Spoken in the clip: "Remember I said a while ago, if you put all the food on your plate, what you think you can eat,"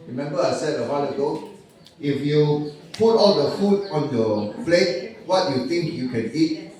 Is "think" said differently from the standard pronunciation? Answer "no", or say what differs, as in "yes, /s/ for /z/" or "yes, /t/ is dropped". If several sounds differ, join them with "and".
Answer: yes, /t/ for /θ/